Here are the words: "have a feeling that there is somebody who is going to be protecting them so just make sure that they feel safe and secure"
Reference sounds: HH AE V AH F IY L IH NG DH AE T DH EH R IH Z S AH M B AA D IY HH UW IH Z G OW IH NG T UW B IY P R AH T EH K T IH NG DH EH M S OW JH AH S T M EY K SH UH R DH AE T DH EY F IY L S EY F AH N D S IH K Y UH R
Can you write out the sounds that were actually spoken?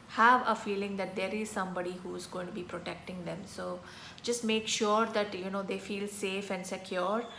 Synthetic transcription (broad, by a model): HH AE V AH F IY L IH NG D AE T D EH R IH Z S AH M B AA D IY HH UW IH Z G OW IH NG T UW B IY P R AH T EH K T IH NG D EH M S OW JH AH S T M EY K SH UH R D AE T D EY F IY L S EY F AH N D S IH K Y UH R